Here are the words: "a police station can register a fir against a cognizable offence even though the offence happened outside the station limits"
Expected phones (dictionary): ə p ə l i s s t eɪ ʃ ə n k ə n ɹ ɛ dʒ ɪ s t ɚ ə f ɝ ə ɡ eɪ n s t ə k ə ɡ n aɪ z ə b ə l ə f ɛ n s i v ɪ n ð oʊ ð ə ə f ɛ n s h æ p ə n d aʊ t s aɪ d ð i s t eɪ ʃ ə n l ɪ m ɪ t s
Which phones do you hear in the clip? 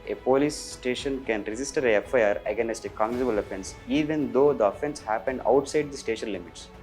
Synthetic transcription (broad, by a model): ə p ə l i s s t eɪ ʃ ə n k ə n ɹ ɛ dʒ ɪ s t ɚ ə p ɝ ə ɡ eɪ n s t ə k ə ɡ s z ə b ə l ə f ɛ n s i v ɪ n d oʊ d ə ə f ɛ n s h æ p ə n d aʊ t s aɪ d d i s t eɪ ʃ ə n l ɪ m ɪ t s